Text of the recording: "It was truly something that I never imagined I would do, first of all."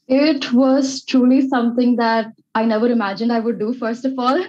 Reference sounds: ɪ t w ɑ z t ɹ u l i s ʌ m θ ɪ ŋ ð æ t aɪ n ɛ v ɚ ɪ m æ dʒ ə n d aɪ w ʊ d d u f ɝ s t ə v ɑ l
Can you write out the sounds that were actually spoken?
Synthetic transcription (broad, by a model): ɪ t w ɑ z t ɹ u l i s ʌ m t ɪ ŋ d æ t aɪ n ɛ v ɚ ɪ m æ dʒ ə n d aɪ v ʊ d d u f ɝ s t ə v ɑ l